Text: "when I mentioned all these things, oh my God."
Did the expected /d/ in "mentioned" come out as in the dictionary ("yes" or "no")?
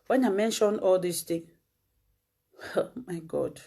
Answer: no